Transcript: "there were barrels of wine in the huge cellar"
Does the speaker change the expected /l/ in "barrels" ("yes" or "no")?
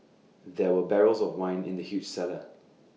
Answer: no